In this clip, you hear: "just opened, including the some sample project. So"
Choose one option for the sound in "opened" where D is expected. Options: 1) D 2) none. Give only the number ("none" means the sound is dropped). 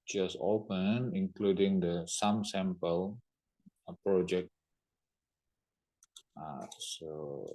2